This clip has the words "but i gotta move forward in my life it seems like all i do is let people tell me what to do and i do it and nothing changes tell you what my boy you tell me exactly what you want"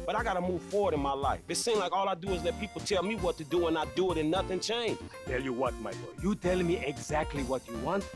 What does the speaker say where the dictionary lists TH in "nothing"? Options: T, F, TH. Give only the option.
TH